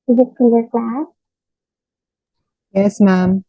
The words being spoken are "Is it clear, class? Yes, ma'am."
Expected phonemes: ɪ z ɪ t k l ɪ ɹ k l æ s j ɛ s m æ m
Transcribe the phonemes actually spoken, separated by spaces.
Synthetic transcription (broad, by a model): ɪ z ɪ t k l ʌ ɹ k l æ s j ɛ s m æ m